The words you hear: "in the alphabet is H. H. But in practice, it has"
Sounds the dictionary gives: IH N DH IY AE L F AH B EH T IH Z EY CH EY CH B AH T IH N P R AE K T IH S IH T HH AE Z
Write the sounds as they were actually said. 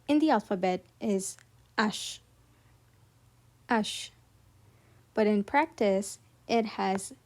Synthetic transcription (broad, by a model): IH N DH IY AE L F AH B EH T IH Z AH SH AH SH B AH T IH N P R AE K T IH S IH T HH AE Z